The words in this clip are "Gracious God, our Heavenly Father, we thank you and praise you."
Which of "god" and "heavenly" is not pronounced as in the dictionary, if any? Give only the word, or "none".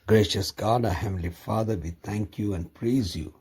heavenly